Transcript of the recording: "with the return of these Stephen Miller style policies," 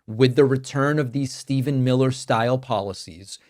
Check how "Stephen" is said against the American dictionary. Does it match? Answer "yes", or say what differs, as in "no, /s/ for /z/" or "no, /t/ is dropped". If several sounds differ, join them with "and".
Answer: yes